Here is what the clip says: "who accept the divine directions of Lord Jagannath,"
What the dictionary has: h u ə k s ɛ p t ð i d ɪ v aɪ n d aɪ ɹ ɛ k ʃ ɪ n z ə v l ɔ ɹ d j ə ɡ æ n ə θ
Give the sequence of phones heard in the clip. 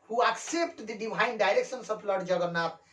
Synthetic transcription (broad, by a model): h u ə k s ɛ p t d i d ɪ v aɪ n d aɪ ɹ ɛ k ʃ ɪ n s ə b l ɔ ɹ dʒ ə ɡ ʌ n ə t